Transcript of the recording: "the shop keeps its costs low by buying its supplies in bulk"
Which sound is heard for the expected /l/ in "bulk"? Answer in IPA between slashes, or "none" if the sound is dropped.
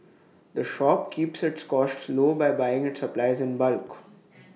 /l/